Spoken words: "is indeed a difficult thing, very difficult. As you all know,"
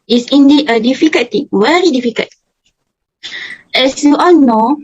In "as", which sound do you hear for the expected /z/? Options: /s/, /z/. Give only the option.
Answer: /s/